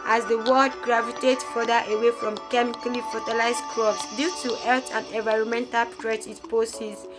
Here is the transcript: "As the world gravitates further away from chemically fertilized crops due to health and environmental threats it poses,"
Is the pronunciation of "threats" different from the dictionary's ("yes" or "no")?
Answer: yes